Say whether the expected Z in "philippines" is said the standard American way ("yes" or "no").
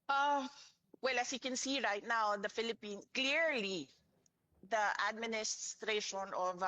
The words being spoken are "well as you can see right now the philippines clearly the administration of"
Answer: no